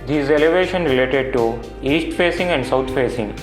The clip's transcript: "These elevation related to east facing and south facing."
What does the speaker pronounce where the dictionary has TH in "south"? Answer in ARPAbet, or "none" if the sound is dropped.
T